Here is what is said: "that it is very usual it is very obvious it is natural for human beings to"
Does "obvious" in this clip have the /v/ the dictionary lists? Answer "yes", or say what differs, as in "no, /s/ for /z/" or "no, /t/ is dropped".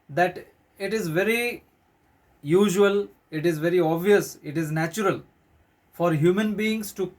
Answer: yes